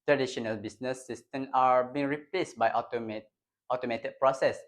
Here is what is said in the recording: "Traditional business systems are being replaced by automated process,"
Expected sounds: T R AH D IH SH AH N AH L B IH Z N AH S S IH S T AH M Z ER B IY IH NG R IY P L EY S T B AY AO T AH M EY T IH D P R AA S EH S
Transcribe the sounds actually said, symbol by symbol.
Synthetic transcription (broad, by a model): T R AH D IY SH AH N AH L B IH S N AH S S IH S T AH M AA B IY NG R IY P L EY S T B AY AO T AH M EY T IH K P R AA S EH S